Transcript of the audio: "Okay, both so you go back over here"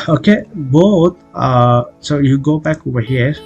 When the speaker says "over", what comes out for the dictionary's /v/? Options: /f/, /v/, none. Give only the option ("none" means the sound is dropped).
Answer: none